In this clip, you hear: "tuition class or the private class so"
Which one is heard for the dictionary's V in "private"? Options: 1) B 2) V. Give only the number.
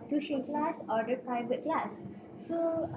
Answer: 1